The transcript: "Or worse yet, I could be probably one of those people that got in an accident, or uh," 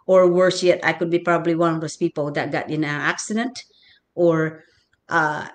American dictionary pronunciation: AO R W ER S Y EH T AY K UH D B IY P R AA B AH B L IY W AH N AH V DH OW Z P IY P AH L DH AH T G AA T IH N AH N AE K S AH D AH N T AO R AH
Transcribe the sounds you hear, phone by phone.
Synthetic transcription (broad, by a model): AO R W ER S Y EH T AY K UH D B IY P R AA B AH B L IY W AH N AH V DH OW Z P IY P AH L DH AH T G AA T IH N AH N AE K S AH D AH N T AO R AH